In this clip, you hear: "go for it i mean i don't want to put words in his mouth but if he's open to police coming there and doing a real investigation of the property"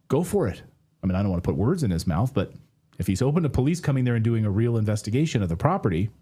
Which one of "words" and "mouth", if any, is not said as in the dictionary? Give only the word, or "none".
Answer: none